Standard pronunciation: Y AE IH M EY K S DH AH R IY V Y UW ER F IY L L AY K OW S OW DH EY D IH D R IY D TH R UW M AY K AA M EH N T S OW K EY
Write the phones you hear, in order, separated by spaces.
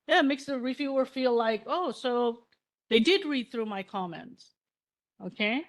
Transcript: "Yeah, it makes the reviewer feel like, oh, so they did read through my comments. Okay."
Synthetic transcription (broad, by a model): Y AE M EY K S DH AH R IY V Y UW ER F IY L L AY K OW S OW DH EY D IH D R IY D TH R UW M AY K AA M EH N T S OW K EY